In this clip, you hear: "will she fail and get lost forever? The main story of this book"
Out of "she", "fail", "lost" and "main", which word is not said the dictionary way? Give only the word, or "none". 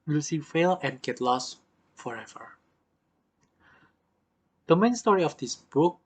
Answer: she